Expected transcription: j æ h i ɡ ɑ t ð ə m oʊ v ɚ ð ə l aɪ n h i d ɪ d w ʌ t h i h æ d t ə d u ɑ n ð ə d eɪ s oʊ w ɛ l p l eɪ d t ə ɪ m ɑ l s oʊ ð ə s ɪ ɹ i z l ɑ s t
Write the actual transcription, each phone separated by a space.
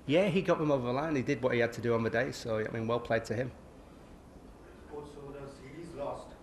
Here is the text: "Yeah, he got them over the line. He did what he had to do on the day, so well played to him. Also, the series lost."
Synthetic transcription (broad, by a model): j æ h i ɡ ɑ t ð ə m oʊ v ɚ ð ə l aɪ n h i d ɪ d w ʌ t h i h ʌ d t ə d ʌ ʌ n ð ə d eɪ s oʊ w ɛ l p l eɪ d t ə ɪ m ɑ s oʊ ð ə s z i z l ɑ s t